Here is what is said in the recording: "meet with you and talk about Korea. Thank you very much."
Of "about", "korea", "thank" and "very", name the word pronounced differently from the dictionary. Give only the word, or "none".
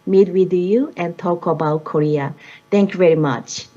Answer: thank